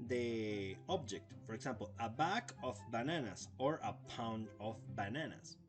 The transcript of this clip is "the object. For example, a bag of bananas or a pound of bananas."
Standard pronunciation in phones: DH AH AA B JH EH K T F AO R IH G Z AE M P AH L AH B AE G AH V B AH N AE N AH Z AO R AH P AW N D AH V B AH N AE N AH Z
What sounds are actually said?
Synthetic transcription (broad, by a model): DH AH AA B JH EH K T F AO R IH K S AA M P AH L AH B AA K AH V B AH N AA N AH S AO R AH P AW N D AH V B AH N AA N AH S